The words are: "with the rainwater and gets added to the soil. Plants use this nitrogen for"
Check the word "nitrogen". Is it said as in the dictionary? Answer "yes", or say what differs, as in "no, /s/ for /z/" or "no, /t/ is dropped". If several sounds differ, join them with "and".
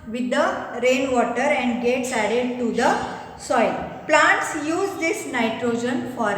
yes